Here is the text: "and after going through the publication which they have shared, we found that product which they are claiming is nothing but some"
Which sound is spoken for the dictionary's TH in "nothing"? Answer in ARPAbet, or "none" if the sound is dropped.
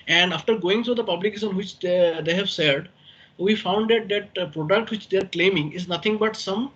T